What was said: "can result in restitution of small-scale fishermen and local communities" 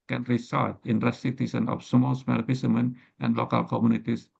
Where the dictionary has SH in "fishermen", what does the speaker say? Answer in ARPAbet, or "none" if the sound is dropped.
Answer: S